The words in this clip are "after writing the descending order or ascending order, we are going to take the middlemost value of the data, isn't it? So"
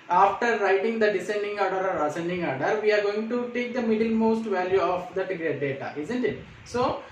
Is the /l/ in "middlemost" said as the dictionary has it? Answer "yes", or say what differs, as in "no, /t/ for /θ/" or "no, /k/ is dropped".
yes